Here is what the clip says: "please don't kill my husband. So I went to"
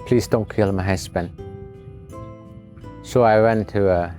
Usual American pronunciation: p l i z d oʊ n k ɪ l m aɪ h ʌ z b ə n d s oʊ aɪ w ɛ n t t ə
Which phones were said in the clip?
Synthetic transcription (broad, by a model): p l i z d oʊ n k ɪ l m aɪ h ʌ s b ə n s oʊ aɪ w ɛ n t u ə